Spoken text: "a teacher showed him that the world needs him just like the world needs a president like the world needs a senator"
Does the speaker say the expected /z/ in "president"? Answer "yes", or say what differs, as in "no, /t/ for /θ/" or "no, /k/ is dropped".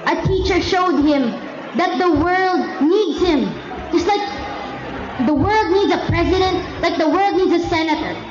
yes